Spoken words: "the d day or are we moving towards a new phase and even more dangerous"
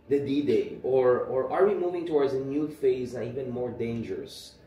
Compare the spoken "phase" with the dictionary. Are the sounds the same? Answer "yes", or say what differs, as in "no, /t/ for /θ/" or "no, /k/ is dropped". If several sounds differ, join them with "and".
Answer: yes